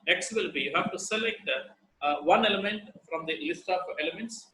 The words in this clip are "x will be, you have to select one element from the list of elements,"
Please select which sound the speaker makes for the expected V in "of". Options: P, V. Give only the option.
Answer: P